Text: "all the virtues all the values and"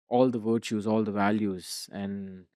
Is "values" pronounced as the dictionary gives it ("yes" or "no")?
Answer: yes